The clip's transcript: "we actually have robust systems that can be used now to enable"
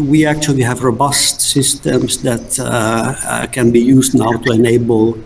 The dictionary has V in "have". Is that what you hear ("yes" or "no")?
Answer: yes